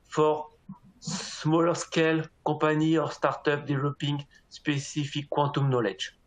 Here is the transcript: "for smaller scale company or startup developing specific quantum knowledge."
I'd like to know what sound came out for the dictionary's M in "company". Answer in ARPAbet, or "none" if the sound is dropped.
none